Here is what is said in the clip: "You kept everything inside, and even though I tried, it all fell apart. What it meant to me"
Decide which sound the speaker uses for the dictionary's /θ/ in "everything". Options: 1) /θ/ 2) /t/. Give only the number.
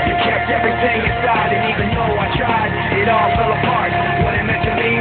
1